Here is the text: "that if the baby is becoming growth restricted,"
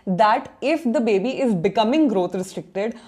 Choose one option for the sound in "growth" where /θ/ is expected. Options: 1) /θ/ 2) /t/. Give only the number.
2